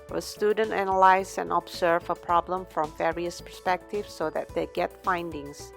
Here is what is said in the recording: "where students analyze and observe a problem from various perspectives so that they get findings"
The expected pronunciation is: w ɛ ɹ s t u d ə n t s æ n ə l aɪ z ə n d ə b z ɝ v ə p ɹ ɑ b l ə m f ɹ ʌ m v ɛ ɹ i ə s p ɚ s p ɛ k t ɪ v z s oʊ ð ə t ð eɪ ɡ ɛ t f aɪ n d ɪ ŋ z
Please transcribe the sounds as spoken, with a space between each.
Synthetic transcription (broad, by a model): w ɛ s t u d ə n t æ n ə l aɪ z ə n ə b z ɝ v ə p ɹ ɑ b l ə m f ɹ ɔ m v ɛ ɹ i ə s p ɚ s p ɛ k t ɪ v s oʊ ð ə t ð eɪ ɡ ɛ t f aɪ n d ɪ ŋ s